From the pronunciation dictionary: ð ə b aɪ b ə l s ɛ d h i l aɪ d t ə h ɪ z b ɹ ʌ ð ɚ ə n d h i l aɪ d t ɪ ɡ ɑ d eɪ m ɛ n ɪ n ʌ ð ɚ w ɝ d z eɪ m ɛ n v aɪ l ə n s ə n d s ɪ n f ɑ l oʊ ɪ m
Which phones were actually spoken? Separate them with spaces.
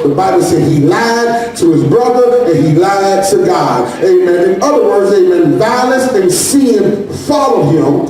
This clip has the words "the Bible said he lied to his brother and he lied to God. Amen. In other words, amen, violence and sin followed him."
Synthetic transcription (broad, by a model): ð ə b aɪ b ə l s ɛ d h i l aɪ d t ə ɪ z b ɹ ʌ ð ɚ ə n i l aɪ d t ɪ ɡ ɑ d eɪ m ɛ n ɪ n ʌ ð ɚ w ɝ d z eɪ m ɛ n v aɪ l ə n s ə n s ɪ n f ɑ l oʊ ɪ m